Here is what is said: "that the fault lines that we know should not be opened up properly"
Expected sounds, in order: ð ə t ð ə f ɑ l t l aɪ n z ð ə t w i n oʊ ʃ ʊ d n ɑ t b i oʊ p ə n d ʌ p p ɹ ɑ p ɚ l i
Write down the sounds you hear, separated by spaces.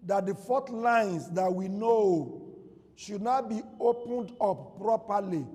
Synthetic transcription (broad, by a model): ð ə t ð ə f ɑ t l aɪ n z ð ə t w i n oʊ ʃ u d n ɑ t b i oʊ p ə n d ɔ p p ɹ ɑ p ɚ l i